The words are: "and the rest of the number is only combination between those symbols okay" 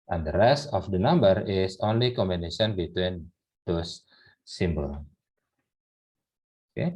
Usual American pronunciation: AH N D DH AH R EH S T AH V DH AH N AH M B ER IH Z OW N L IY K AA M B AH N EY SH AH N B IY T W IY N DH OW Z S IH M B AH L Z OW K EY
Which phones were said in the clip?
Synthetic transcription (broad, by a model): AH N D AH R EH S T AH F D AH N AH M B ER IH S OW N L IY K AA M B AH N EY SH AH N B IY T W IY N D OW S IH M B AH L OW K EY